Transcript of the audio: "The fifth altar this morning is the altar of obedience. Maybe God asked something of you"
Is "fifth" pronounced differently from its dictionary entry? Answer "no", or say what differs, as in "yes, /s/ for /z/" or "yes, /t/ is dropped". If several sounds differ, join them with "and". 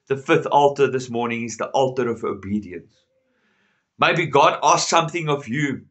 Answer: no